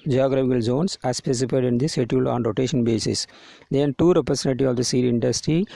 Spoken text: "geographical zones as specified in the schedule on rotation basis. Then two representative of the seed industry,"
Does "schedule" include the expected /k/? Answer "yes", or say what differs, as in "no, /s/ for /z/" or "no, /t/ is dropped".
no, /k/ is dropped